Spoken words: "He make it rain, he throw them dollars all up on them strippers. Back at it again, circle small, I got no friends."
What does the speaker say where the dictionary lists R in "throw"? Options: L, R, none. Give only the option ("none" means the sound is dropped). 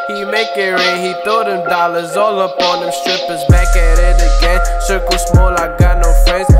none